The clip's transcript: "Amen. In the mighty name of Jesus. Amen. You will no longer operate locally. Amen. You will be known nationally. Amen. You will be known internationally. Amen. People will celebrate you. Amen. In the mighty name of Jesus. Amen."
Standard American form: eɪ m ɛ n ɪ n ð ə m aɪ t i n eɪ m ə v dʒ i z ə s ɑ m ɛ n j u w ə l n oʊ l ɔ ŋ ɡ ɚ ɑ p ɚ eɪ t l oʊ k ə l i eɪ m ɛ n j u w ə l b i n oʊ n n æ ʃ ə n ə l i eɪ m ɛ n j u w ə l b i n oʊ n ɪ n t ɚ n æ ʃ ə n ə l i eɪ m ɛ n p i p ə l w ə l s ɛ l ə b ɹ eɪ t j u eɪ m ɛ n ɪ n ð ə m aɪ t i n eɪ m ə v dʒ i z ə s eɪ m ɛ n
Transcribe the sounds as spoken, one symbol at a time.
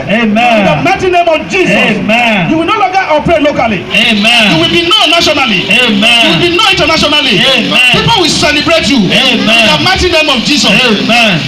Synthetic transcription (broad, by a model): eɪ m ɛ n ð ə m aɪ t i n eɪ m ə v dʒ i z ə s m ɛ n j u w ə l n oʊ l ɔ ɡ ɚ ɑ p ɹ eɪ l oʊ k ə l i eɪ m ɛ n j u w ə l b i n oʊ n n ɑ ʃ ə n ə l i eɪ m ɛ j u w ə l b i n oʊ i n t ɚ n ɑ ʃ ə n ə l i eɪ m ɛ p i p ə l w ə l s ɛ l ə b ɹ eɪ t j u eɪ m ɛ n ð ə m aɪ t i n eɪ m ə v dʒ i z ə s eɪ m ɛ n